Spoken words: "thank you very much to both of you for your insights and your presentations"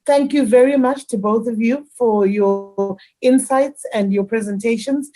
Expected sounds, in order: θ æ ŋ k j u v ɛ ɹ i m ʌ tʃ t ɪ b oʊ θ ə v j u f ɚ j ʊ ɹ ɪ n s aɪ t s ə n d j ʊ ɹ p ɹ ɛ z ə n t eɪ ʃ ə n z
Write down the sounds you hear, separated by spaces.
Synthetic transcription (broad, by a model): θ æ ŋ k j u v ɛ ɹ i m ʌ tʃ t ɪ b oʊ θ ə v j u f ɚ j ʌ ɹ ɪ n s aɪ t s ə n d j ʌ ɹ p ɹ ɛ z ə n t eɪ ʃ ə n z